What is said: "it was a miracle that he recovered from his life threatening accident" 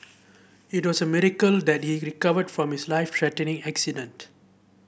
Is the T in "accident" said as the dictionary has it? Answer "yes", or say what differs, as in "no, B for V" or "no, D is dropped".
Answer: yes